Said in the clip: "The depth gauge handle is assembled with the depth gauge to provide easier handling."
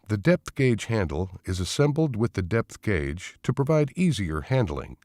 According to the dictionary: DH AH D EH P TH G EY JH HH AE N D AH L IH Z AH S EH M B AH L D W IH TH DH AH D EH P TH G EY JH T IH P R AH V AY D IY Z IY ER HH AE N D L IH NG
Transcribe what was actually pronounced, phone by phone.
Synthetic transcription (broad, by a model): DH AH D EH P TH G EY JH HH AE N D L IH Z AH S EH M B L D W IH DH AH D EH P TH G EY JH T IH P R AH V AY D IY Z IY ER HH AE N D L IH NG